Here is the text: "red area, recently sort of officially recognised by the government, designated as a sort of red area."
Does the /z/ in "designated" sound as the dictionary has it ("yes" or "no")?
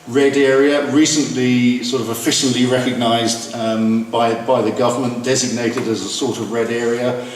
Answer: yes